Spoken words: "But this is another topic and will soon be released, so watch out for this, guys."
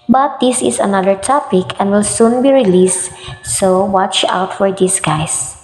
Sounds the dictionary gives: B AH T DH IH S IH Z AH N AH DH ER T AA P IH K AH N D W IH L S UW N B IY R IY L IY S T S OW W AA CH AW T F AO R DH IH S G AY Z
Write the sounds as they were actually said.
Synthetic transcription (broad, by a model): B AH T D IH S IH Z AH N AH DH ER T AA P IH K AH N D W IH L S UW N B IY R IY L IY S T S OW W AA CH AW T F AO R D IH S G AY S